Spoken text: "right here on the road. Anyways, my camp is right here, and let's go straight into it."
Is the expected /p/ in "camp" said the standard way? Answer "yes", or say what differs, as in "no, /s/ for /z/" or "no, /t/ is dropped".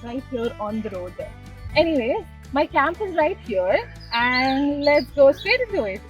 yes